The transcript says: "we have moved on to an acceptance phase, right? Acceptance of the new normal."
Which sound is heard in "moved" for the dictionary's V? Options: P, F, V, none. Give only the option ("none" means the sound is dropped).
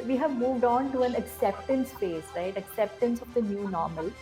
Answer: V